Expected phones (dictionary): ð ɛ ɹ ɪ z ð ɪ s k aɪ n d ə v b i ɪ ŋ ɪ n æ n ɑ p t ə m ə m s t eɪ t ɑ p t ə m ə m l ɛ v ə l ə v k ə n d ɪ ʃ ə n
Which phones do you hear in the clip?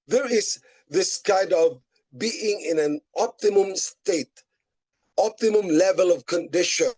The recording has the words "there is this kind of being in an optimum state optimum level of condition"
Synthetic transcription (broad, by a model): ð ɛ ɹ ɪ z ð ɪ s k aɪ n d ə v b i ɪ ŋ ɪ n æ n ɑ p t ə m ə m s t eɪ t ɑ p t ə m ə m l ɛ v ə l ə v k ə n d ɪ ʃ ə n